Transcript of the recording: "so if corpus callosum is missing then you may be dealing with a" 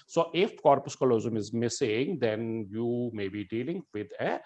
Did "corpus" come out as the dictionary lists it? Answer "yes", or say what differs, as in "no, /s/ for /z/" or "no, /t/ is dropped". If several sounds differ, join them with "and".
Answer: yes